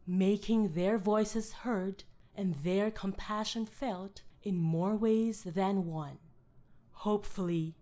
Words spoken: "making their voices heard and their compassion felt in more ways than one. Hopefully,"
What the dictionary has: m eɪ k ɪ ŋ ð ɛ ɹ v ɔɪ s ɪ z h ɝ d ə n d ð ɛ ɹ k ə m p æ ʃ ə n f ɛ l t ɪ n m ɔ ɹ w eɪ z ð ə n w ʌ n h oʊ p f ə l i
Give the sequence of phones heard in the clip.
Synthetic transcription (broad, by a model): m eɪ k ɪ ŋ ð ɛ ɹ v ɔɪ s ɪ z h ɝ d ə n ð ɛ ɹ k ə m p æ ʃ ə n f ɛ l t ɪ n m ɔ ɹ w eɪ z ð ə n w ʌ n h oʊ p f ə l i